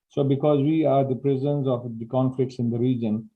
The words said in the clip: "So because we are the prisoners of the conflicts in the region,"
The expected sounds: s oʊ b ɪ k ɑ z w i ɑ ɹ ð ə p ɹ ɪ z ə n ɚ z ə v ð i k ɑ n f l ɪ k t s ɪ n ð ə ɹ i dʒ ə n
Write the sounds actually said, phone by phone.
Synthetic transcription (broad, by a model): s oʊ b ɪ k ɑ z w i ɑ ɹ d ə p ɹ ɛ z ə n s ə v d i k ɑ n f l ɪ k t s ɪ n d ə ɹ i dʒ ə n